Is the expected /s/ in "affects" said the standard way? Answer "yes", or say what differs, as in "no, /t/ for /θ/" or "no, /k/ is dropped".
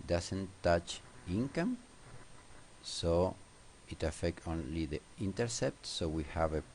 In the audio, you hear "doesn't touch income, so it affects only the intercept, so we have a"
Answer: no, /s/ is dropped